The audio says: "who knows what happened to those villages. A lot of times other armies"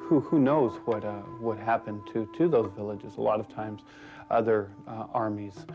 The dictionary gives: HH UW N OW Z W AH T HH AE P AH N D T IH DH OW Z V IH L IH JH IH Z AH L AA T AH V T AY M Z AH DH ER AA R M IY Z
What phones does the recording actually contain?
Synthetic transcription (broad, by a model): HH UW N OW Z W AH T HH AE P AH N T T IH DH OW Z V IH L IH JH IH Z AH L AA T AH V T AY M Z AH DH ER AA R M IY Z